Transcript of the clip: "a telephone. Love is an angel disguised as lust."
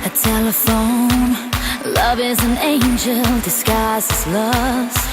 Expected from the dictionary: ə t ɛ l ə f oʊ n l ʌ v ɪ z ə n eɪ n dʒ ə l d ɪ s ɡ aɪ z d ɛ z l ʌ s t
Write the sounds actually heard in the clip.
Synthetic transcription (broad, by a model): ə t ɛ l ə f oʊ n l ʌ v ɪ z ə n eɪ n dʒ ə l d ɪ s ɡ aɪ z ɪ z l ʌ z